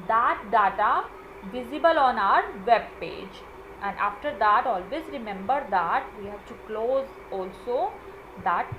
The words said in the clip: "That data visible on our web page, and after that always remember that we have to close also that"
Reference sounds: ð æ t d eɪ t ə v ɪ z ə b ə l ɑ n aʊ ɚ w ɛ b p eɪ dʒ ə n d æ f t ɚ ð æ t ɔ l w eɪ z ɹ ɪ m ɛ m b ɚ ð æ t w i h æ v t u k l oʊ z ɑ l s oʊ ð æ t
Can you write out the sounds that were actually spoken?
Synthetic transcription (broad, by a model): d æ t d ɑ t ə v ɪ z ə b ə l ɑ n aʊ ɚ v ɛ b p eɪ dʒ ə n d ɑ f t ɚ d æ t ɔ l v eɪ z ɹ ɪ m ɛ m b ɚ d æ t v i h æ v t u k l oʊ z ɑ l s oʊ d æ t